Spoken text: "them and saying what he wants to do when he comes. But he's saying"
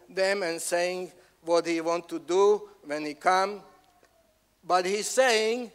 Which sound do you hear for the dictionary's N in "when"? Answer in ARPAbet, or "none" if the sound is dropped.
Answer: N